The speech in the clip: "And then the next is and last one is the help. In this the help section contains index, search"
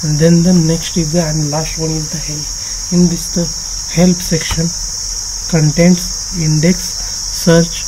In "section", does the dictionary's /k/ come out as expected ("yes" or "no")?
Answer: yes